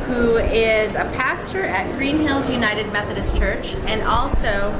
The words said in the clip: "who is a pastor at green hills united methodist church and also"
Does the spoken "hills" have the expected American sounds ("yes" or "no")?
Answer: yes